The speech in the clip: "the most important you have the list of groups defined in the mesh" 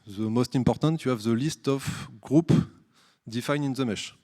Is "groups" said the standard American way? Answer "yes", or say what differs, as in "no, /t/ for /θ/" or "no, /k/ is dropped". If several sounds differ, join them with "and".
no, /s/ is dropped